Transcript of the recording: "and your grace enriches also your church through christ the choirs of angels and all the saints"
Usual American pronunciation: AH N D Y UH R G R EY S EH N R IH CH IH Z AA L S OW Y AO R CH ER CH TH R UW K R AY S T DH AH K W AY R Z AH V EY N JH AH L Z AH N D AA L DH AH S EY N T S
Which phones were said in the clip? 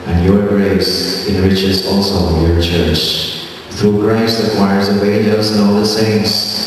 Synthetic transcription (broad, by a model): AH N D Y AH R G R EY S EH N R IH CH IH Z AA L S OW Y AO R CH ER CH TH R UW K R AY S T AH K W AY R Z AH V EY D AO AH Z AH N AA L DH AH S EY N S